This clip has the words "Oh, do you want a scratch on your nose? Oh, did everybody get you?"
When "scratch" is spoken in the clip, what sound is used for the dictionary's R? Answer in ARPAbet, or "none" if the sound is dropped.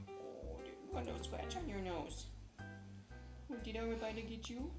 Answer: W